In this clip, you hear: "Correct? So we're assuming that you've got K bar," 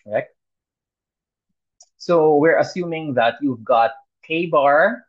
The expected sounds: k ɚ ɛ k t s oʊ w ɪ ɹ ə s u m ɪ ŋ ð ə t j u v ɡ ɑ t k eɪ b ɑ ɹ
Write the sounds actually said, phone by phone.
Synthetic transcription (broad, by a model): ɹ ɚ ɛ k t s oʊ w ɪ ɹ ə s u m ɪ ŋ ð ə t j u v ɡ ɑ t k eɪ b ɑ ɹ